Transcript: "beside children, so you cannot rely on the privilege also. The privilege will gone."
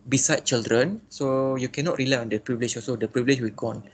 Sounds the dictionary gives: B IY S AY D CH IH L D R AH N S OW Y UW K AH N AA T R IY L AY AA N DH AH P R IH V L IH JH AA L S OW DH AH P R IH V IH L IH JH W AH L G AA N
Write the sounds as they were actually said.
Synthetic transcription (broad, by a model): B IY S AY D CH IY L D R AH N S OW Y UW K AH N AA T R IY L AY AA N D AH P R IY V L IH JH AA S OW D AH P R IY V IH L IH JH W AH L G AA N